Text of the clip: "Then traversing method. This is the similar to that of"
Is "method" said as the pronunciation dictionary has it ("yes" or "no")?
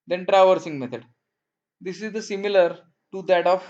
no